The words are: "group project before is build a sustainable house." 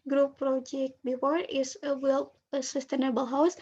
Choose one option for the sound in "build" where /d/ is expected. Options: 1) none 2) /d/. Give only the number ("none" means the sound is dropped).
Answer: 1